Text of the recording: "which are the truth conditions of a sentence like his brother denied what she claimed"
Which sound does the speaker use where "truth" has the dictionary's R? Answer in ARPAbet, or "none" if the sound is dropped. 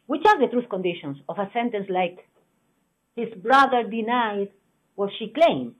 R